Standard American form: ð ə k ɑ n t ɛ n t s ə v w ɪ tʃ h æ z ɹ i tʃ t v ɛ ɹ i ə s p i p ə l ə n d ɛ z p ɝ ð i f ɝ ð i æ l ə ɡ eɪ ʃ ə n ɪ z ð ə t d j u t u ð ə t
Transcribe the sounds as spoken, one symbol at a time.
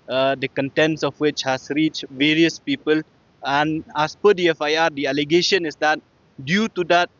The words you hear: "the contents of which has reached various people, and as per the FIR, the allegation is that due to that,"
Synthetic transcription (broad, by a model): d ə k ɑ n t ɛ n t s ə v w ɪ tʃ h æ s ɹ i tʃ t v ɛ ɹ i ə s p i p ə l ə n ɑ s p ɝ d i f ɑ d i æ l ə ɡ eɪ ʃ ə n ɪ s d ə t d j u t u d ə t